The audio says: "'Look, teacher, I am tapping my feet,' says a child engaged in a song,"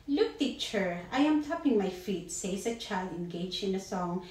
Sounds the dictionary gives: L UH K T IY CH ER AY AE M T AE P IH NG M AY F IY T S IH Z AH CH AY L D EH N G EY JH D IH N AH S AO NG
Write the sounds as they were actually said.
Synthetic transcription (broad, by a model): L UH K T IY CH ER AY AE M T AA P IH NG M AY F IY T S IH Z AH CH AY L D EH N G EY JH IH N AH S AO NG